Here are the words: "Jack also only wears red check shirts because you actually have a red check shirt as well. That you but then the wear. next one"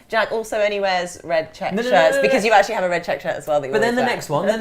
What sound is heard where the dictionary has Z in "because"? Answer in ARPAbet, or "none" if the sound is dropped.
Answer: Z